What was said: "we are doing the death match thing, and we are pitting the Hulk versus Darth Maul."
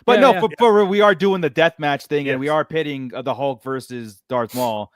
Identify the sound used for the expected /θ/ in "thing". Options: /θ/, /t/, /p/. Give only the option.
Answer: /θ/